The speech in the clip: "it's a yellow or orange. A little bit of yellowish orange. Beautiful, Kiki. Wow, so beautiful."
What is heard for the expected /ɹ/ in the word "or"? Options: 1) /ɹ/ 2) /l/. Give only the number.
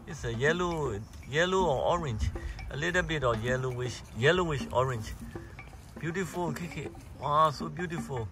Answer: 2